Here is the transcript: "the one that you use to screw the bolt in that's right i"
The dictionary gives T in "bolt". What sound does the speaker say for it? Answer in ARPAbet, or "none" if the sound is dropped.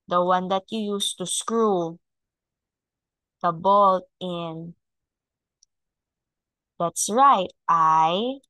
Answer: T